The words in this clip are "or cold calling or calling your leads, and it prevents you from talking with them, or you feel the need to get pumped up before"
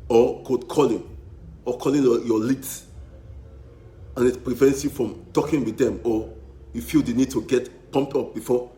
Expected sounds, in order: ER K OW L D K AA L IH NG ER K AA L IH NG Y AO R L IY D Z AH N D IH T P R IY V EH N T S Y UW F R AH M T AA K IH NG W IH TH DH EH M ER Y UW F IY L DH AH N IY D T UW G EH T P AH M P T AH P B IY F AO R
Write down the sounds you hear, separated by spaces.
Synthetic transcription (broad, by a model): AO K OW D K AA L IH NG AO K AA L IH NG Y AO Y L IY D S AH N IH T P R IY V EH N T S Y UW F R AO M T AA K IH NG W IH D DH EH M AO Y UW F IY L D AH N IY D T UW G EH T P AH M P T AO P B IY F AO